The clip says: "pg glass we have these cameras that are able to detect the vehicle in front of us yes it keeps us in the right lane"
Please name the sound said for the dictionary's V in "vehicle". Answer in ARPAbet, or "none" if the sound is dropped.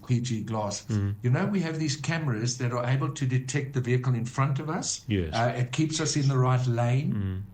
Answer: V